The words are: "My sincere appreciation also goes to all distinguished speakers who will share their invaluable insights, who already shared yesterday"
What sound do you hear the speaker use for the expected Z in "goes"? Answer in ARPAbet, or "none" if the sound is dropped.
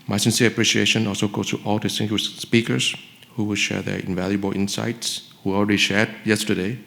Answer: S